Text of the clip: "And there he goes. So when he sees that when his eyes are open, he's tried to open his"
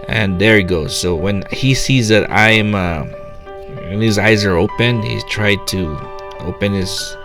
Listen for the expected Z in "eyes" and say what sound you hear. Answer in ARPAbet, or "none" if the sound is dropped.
Z